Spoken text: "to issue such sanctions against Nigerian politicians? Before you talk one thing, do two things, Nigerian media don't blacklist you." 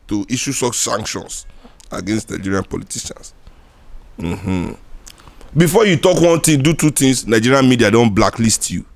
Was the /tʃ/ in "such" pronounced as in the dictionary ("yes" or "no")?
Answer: no